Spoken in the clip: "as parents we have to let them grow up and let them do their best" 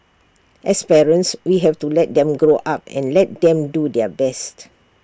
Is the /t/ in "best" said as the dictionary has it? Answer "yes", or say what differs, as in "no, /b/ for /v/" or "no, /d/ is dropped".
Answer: yes